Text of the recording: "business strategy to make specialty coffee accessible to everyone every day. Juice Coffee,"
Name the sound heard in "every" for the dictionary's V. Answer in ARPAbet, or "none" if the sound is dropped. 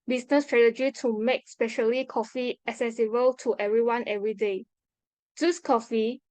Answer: V